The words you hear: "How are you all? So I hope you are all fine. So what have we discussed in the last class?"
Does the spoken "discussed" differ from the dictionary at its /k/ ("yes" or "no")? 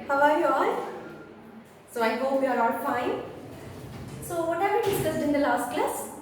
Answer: yes